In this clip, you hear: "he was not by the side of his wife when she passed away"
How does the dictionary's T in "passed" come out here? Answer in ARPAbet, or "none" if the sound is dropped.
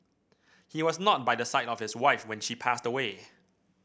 T